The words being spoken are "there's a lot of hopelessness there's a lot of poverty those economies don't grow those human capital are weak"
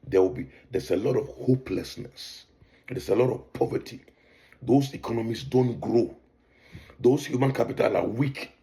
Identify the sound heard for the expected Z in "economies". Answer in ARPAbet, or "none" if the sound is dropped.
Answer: S